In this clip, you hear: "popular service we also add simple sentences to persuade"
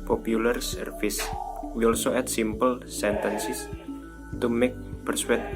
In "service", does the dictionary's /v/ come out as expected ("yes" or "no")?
no